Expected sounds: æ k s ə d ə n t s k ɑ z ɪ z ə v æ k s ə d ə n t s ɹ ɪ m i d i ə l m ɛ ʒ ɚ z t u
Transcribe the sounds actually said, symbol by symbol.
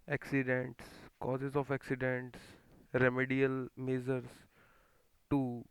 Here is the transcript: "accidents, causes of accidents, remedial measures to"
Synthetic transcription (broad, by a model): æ k s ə d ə n t s k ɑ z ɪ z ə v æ k s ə d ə n t s ɹ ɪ m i d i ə l m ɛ z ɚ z t u